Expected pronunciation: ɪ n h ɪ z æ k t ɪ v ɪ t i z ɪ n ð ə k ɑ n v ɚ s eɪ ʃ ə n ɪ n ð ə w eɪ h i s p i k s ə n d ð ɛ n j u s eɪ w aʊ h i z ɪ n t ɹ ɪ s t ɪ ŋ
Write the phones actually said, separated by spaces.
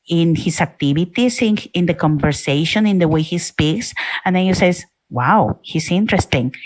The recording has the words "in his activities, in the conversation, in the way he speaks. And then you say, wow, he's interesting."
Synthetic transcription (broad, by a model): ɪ n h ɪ s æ k t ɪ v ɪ t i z ɪ n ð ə k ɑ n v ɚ s eɪ ʃ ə n ɪ n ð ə w eɪ h i s p i k s ə n d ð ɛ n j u s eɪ w aʊ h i s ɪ n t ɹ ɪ s t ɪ ŋ